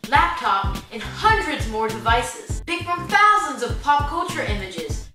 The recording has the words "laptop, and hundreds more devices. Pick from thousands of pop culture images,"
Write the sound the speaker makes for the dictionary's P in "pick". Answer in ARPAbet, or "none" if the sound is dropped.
B